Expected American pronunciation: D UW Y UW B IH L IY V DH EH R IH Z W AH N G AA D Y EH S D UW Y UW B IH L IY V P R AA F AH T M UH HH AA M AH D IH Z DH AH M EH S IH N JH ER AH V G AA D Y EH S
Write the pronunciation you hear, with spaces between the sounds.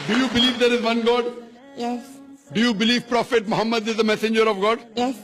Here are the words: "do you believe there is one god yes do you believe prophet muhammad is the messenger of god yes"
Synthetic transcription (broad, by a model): D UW Y UW B IH L IY V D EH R IH Z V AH N G AA D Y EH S D UW Y UW B IH L IY V P R AA F AH T M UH HH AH M AH D IH Z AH M EH S IH N JH ER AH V G AA D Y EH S